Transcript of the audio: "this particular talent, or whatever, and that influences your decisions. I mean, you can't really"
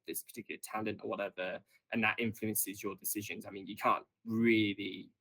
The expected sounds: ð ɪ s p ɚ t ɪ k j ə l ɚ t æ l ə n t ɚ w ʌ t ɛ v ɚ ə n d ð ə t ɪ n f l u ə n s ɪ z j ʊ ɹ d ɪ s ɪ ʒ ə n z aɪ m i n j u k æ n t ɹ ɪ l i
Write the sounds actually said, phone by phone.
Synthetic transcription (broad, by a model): ð ɪ s p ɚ t ɪ k j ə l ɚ t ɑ l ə n t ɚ w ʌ t ɛ v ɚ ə n ð ə t ɪ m f l u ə n s ɪ z j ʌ d ɪ s ɪ ʒ ə n z aɪ m i n j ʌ k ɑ n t ɹ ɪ l i